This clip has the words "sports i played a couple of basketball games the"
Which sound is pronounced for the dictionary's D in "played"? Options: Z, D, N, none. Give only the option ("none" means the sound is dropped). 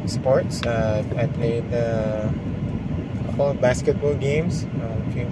none